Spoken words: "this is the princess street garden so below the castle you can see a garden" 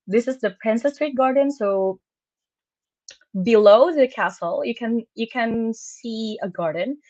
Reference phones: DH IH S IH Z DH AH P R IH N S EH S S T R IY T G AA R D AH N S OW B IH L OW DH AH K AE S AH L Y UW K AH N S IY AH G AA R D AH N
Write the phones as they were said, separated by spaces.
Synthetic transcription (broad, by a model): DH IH S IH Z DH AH P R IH N S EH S S T R IY T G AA R D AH N S OW B IH L OW DH AH K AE S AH N Y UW K AH N S IY AH G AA R D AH N